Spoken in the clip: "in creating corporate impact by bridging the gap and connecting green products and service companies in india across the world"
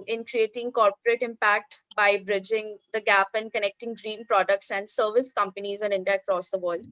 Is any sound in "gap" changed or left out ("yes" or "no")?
no